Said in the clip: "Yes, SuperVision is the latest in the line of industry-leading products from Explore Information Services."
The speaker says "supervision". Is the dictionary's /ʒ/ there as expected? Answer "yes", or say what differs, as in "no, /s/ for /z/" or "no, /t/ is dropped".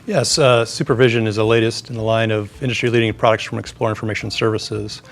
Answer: yes